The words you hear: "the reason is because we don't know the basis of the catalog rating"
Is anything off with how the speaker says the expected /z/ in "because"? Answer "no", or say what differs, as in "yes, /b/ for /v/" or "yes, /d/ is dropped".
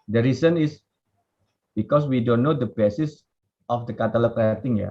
yes, /s/ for /z/